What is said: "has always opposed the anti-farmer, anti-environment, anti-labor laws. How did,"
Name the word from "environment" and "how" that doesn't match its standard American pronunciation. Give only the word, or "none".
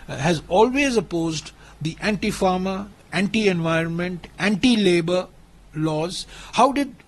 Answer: none